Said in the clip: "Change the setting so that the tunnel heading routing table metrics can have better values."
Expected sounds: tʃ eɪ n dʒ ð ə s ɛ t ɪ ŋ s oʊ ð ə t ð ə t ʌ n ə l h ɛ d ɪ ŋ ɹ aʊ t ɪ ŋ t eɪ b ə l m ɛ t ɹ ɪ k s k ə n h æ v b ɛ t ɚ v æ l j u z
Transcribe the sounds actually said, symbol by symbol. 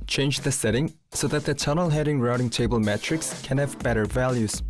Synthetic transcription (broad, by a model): tʃ eɪ n dʒ ð ə s ɛ t ɪ ŋ s oʊ ð ə t ð ə t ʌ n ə l h ɛ d ɪ ŋ ɹ aʊ t ɪ ŋ t eɪ b ə l m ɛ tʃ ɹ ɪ k s k ə n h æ v b ɛ t ɚ v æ l j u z